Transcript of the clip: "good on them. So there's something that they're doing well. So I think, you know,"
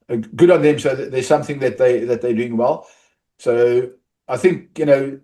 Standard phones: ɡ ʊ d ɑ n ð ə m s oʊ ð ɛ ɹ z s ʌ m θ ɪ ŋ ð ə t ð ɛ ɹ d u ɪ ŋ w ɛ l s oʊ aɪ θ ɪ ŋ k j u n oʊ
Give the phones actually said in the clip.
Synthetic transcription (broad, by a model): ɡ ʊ d ɑ n ð ə m s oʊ ð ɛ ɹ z s ʌ m θ ɪ ŋ ð ə t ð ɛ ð d u ɪ ŋ w ɛ l s oʊ aɪ θ ɪ ŋ k j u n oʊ